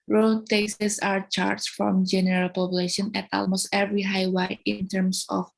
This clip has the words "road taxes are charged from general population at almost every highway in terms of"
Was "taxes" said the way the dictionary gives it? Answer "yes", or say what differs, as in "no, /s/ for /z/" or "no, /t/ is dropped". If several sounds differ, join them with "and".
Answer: no, /k/ is dropped and /s/ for /z/